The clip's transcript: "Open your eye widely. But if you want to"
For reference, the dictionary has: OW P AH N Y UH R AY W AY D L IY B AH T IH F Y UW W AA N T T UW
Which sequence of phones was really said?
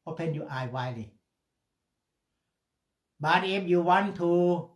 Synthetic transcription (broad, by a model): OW P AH N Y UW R AY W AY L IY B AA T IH P Y UW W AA N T T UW